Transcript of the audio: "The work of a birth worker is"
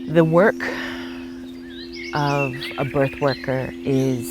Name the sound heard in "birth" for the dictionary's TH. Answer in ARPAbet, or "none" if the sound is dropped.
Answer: TH